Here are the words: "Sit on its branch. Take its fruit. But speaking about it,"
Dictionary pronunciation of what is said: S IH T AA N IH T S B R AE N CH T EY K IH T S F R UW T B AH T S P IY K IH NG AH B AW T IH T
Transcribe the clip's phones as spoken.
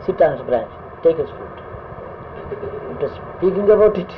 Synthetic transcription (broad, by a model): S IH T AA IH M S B R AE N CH T EY K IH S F UW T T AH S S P IY K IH NG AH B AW T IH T